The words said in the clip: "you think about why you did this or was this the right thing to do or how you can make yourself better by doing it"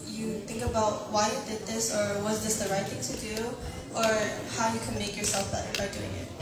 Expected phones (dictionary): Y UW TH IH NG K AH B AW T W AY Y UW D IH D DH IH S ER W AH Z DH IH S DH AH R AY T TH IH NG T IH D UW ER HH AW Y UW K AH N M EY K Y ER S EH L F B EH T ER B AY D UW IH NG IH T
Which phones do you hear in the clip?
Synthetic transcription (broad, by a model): Y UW TH IH NG K AH B AW T W AY Y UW D IH D DH IH S ER W AH Z DH IH S DH AH R AY T TH IH NG T IH D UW ER HH AW Y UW K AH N M EY K Y ER S EH L F B EH T ER B AY D UW IH NG IH T